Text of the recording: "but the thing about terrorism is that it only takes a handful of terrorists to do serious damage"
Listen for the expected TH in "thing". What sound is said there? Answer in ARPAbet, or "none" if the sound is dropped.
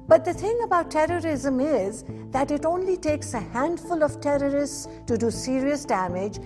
T